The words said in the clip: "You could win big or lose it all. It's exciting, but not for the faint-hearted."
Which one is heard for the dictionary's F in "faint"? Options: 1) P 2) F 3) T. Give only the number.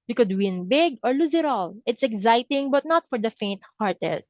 2